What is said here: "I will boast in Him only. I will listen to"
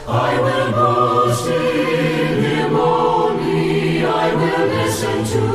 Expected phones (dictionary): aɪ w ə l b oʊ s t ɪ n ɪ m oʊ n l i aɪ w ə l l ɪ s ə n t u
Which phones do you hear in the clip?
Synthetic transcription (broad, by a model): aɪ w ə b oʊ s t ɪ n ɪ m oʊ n i aɪ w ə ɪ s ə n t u